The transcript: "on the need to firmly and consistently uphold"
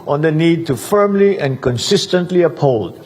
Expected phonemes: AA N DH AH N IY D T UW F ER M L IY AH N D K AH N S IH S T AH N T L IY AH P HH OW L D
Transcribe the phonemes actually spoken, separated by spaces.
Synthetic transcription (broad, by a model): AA N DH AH N IY D T UW F ER M L IY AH N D K AH N S IH S T AH N T L IY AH P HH OW L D